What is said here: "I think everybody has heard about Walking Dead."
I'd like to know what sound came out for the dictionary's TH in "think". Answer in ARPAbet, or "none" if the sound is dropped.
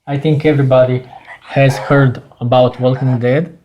T